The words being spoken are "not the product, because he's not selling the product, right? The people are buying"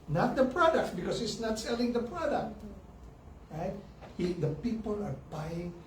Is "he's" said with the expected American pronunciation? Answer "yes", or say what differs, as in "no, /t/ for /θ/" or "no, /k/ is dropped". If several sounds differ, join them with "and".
no, /s/ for /z/